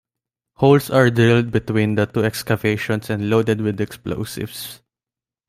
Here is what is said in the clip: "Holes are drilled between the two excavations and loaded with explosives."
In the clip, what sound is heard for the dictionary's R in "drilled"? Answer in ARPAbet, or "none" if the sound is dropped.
none